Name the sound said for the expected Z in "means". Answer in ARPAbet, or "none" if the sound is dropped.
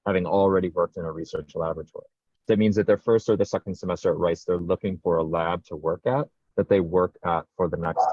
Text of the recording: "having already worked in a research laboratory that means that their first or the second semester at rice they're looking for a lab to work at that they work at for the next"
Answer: Z